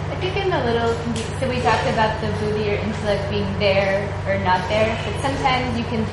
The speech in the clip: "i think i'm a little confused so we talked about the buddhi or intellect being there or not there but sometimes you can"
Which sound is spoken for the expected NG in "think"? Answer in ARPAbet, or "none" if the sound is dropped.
none